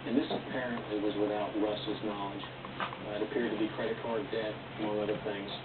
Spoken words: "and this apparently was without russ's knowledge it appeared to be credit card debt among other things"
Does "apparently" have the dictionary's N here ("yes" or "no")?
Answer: yes